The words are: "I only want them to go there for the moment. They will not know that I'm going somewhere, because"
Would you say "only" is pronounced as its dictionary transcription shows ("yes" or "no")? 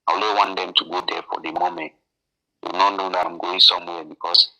no